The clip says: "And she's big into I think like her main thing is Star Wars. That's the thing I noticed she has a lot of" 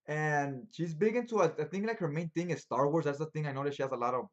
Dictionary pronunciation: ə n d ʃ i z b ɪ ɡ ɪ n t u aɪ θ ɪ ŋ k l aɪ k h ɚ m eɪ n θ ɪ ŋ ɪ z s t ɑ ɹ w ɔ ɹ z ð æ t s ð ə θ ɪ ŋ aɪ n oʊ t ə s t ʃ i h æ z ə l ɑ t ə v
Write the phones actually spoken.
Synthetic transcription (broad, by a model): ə n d ʃ i z b ɪ ɡ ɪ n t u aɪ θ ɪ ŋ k l aɪ k h ɚ m eɪ n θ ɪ ŋ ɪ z s t ɑ ɹ w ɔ ɹ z ð æ t s ð ə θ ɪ ŋ aɪ n oʊ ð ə t ʃ i h æ z ə l ɑ t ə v